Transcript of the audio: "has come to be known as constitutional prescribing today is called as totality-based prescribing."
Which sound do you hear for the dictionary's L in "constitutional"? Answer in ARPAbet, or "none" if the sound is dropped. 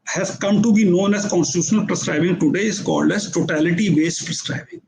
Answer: L